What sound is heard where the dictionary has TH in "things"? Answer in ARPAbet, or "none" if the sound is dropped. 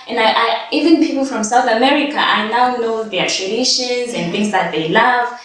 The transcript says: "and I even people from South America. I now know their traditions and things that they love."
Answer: TH